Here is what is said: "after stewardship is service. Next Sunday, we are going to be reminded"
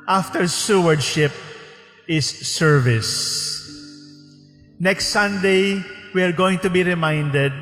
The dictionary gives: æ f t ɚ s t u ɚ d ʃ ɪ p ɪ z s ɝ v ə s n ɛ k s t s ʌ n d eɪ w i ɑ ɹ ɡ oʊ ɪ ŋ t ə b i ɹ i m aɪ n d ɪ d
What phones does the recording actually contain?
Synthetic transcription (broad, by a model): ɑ f t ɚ s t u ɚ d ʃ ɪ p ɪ s ɝ v ə s n ɛ k s t s ʌ n d eɪ w i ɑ ɹ ɡ oʊ ɪ ŋ t ə b i ɹ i m aɪ n d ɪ d